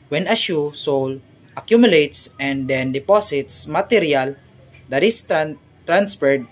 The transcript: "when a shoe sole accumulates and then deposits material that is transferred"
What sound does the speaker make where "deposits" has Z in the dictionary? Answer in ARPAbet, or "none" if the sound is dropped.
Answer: S